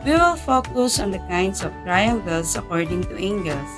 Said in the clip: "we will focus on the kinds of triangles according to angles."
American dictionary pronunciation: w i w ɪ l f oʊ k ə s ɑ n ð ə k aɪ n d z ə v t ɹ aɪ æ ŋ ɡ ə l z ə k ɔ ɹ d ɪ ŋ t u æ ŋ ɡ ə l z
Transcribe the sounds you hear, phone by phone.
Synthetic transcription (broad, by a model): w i w ɪ l f oʊ k ə s ɑ n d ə k aɪ n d s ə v t ɹ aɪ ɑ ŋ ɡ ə l s ə k ɔ ɹ d ɪ ŋ t u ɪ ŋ ɡ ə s